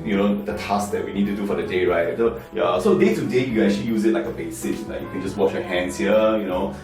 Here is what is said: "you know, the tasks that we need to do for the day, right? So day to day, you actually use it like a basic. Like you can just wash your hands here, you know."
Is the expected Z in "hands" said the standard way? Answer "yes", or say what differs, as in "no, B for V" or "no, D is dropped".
no, S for Z